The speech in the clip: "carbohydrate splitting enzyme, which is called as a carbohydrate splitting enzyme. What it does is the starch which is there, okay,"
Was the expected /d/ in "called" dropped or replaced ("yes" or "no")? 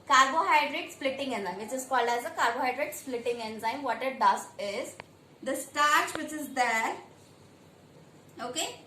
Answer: no